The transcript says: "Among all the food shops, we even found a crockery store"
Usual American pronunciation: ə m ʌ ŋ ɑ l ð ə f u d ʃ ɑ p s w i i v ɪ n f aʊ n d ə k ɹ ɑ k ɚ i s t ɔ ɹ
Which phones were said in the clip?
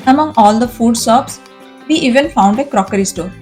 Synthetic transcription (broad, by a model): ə m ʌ ŋ ɑ l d ə f u d s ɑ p s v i i v ɪ n f aʊ n d ə k ɹ ɑ k ɚ i s t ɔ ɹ